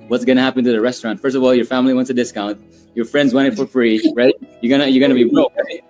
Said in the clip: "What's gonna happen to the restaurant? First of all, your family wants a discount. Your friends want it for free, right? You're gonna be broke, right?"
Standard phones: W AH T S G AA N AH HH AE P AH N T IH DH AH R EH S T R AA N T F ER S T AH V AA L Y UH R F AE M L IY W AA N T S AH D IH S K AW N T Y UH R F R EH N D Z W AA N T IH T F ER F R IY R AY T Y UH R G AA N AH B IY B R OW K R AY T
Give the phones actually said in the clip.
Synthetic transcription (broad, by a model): W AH T S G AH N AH HH AE P AH N T IH DH AH R EH S T R AA N T F ER S T AH V AA L Y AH R F AE M L IY W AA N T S AH D IH S K AW N T Y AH R F R EH N D Z W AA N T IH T F ER F R IY R AY T Y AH R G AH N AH B IY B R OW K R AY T